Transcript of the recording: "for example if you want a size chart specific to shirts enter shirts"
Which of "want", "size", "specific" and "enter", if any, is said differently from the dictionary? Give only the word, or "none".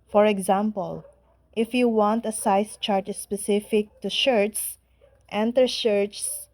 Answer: size